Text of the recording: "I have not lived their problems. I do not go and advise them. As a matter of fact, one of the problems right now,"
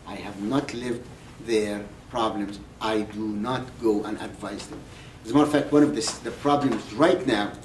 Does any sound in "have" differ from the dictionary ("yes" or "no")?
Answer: no